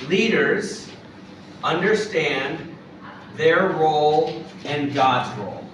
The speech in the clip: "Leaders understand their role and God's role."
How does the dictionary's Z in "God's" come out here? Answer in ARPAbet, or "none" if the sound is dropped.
Z